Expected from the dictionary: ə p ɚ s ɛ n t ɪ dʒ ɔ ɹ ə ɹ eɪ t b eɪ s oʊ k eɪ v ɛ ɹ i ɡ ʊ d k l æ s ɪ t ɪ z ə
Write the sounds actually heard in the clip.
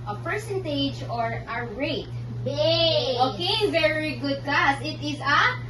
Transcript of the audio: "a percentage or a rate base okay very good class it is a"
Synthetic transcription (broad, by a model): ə p ɚ s ɛ n t ɪ dʒ ɔ ɹ ə ɹ eɪ t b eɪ oʊ k eɪ v ɛ ɹ i ɡ ʊ d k l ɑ s ɪ t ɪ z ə